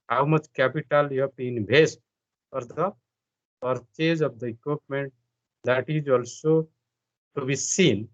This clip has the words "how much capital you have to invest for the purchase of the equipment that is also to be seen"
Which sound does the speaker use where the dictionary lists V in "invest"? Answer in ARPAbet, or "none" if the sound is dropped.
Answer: B